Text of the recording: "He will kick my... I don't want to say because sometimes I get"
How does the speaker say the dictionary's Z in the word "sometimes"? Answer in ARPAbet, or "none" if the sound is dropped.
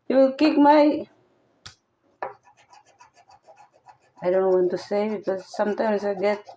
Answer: S